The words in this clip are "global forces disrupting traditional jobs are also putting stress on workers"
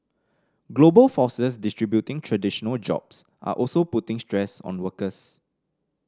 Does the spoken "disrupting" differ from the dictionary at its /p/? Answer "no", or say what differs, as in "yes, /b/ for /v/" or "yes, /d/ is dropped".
yes, /b/ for /p/